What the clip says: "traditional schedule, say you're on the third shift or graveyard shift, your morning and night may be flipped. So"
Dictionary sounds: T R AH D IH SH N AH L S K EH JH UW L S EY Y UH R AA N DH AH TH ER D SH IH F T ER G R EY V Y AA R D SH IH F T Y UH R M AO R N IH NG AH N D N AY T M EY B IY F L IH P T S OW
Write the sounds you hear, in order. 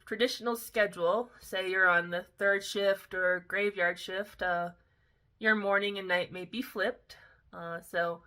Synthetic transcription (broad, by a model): T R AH D IH SH N L S K EH JH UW L S EY Y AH R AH N DH AH TH ER D SH IH F T ER G R EY V Y AA R D SH IH F T Y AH R M AO R N IH NG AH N N AY T M EY B IY F L IH P T S OW